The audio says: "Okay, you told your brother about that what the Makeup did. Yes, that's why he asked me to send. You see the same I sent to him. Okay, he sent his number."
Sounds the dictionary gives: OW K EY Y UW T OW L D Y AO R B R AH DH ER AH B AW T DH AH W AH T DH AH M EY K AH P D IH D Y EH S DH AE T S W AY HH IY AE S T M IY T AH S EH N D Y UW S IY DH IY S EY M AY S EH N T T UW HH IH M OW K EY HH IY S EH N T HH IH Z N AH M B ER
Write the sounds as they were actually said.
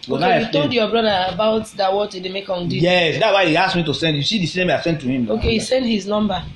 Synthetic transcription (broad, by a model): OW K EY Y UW T OW L D Y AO B R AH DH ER AH B AW T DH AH W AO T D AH M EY K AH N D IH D Y EH S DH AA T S W AY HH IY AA S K M IY T AH S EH N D Y UW S IY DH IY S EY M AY S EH N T T UW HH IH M OW K EY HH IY S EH N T HH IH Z N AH M B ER